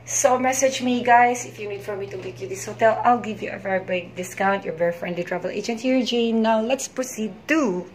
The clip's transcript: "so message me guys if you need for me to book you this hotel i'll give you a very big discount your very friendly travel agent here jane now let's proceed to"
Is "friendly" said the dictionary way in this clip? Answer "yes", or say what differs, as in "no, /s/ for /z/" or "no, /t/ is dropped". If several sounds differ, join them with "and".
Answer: yes